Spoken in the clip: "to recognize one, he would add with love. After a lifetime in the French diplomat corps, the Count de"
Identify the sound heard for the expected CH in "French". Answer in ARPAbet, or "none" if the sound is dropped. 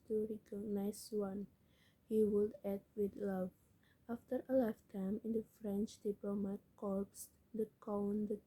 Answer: CH